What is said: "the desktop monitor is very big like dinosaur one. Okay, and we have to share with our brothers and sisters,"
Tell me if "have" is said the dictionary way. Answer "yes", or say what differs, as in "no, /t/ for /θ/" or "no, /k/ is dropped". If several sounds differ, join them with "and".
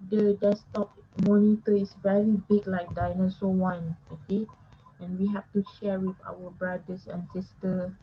no, /f/ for /v/